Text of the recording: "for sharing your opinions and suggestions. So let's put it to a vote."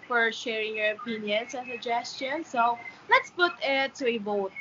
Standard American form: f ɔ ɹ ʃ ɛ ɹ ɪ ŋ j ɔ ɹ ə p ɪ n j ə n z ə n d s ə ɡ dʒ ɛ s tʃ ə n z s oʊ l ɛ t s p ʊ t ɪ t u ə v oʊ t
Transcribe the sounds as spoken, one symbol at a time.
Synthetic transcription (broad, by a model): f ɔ ɹ ʃ ɛ ɹ ɪ ŋ j ɔ ɹ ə p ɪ n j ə n s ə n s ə dʒ ɛ s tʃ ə n s oʊ l ɛ t s p ʊ t ɪ t u ə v oʊ t